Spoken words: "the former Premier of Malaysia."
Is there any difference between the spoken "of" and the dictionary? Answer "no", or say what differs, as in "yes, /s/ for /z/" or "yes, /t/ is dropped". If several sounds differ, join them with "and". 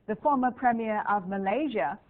no